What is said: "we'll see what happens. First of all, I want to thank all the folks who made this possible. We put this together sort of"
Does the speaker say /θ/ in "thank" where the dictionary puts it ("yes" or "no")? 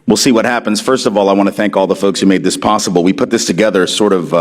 yes